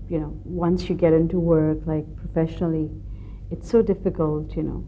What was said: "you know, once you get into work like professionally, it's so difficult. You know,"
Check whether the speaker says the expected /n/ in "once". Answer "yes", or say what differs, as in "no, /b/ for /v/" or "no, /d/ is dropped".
yes